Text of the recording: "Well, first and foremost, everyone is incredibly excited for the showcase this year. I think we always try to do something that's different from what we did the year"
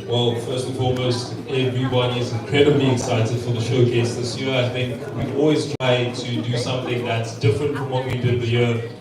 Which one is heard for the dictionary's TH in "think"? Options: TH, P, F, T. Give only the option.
TH